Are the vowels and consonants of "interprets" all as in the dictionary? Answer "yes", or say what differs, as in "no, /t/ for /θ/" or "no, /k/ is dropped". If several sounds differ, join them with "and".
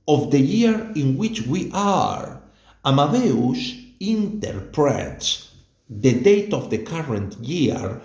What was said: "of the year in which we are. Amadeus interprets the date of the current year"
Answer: yes